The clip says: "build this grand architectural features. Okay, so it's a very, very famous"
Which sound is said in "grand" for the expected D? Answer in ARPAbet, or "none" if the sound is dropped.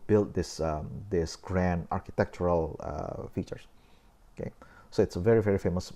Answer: D